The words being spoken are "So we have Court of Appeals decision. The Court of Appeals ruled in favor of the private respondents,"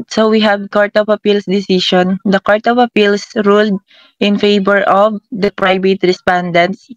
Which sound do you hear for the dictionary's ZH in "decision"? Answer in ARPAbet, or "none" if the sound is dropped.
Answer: SH